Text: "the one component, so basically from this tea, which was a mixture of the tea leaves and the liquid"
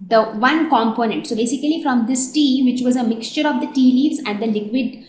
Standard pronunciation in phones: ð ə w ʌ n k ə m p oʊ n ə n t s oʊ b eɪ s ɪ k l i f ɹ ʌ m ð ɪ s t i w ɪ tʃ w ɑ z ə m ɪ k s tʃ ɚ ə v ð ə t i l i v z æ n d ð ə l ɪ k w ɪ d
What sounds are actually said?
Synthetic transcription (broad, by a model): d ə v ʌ n k ə m p oʊ n ə n t s oʊ b eɪ s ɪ k l i f ɹ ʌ m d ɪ s t i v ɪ tʃ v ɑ z ə m ɪ k s tʃ ɚ ə v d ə t i l i v z æ n d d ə l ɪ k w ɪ d